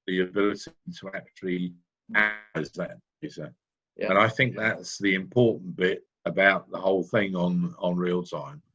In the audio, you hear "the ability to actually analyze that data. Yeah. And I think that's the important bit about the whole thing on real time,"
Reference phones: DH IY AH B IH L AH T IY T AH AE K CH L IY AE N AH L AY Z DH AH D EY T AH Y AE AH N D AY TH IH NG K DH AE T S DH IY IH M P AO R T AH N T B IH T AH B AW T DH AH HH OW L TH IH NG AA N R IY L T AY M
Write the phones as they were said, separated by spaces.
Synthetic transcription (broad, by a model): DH IY AH B IH L AH T IY T AH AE K CH IY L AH AY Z DH AH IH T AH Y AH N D AY TH IH NG K DH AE T S DH IY IH M P AO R T N B IH T AH B AW T DH AH HH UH L TH IH NG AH N R IY L T AY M